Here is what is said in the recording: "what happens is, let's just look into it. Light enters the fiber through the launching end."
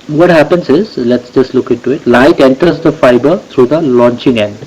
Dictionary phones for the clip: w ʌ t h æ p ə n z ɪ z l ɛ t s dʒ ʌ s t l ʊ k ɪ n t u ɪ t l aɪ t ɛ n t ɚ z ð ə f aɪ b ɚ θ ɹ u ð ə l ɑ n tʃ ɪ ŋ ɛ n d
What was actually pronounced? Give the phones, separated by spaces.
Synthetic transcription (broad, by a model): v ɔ t h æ p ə n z ɪ z l ɛ t s dʒ ʌ s t l ʊ k ɪ n t u ɪ t l aɪ t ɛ n t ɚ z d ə f aɪ b ɚ t ɹ u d ə l ɑ n tʃ ɪ ŋ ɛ n d